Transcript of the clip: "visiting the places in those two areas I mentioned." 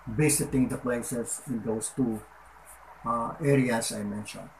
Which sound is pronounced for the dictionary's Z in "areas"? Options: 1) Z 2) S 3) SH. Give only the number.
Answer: 2